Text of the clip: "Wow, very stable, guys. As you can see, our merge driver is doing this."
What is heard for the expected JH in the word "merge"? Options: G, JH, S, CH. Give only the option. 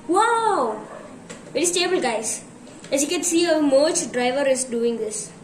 CH